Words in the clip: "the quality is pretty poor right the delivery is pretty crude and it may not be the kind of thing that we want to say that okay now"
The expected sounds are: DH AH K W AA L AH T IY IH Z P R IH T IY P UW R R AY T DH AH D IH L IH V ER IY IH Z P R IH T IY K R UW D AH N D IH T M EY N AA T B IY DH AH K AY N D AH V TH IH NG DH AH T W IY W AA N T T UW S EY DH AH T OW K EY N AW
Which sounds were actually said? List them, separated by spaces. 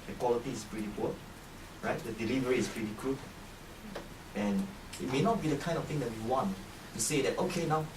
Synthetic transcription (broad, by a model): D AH K W AA L AH T IY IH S P R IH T IY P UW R R AY T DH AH D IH L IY V ER IY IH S P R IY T IY K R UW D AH N IH T M EY N AA T B IY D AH K AY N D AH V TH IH NG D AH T W IY W AA N T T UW S EY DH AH T OW K EY N AW